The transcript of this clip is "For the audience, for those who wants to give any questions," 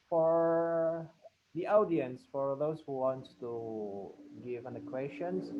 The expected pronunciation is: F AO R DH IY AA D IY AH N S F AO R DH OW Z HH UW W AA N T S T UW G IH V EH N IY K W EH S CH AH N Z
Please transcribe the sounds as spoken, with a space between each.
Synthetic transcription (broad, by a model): F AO R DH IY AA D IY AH N S F AO R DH OW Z HH UW W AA N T T UW G IH V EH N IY K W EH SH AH N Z